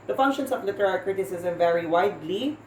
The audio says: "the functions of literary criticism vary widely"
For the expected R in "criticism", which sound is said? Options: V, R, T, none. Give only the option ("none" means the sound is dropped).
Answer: R